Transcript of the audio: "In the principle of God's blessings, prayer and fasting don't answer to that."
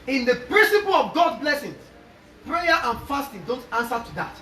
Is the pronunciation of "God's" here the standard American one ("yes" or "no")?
no